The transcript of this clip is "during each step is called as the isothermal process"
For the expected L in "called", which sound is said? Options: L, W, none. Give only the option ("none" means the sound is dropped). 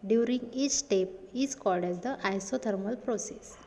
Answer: L